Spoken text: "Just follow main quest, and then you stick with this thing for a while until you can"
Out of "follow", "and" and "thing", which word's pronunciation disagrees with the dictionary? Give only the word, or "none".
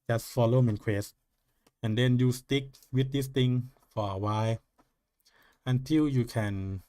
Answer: thing